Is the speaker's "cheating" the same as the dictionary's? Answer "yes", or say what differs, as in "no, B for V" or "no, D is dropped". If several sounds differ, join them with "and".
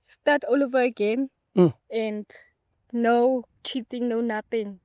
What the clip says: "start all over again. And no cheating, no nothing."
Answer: yes